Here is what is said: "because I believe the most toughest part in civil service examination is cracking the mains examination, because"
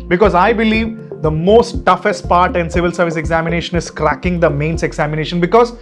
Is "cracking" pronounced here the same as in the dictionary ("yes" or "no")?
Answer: yes